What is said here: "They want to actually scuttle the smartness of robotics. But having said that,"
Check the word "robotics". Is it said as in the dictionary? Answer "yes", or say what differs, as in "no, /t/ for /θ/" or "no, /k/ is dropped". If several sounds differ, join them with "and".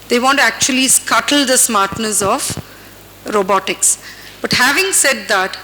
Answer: yes